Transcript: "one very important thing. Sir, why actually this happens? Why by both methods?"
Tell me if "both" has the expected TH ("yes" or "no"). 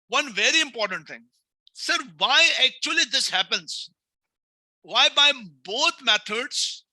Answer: no